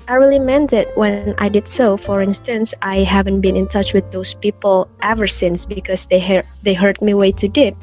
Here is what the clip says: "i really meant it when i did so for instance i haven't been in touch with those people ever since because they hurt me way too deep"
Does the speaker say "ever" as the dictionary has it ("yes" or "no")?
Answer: yes